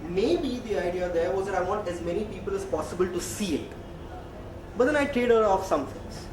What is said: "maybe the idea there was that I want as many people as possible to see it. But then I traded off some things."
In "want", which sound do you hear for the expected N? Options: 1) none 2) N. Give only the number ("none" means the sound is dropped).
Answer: 1